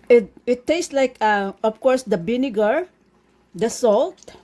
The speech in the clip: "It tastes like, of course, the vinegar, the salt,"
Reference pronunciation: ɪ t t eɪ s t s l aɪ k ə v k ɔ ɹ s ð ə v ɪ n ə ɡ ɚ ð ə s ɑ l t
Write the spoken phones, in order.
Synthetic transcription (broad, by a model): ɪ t t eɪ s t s l aɪ k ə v k ɔ ɹ s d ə b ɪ n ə ɡ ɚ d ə s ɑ l t